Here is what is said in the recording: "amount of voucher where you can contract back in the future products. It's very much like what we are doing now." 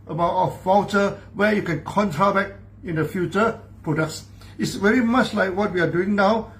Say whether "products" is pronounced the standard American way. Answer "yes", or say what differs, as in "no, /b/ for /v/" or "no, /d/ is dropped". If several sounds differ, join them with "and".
yes